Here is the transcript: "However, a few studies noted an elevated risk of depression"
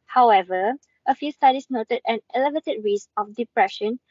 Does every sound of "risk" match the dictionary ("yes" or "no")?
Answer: no